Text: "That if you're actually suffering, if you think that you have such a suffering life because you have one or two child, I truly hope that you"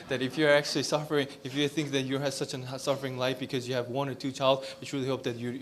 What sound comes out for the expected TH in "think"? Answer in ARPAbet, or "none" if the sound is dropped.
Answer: TH